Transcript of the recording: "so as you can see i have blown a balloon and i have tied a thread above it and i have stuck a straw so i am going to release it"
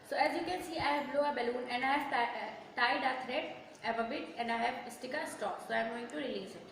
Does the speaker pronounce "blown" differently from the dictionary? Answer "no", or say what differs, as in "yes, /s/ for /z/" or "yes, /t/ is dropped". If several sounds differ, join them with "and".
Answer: yes, /n/ is dropped